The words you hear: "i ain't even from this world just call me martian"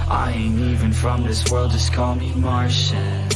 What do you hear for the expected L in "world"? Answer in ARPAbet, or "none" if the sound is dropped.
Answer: L